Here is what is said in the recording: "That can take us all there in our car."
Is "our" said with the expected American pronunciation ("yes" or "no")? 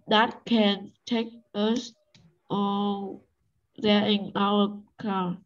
no